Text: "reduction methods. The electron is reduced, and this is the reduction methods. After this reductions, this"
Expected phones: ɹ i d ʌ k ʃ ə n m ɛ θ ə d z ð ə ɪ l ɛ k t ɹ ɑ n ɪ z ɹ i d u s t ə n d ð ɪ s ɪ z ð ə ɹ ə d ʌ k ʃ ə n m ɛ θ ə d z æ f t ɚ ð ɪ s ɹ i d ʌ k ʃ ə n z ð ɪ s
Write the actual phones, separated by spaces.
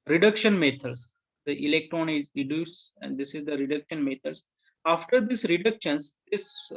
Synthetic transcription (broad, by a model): ɹ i d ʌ k ʃ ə n m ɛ t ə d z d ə ɪ l ɛ k t ɹ ɑ n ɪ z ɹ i d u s ə n d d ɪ s ɪ z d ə ɹ ə d ʌ k ʃ ə n m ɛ t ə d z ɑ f t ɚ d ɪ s ɹ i d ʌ k ʃ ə n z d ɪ s